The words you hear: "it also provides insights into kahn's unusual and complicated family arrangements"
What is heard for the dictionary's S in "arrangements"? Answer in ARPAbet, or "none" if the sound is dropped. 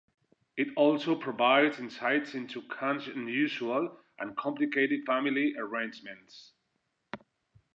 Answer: S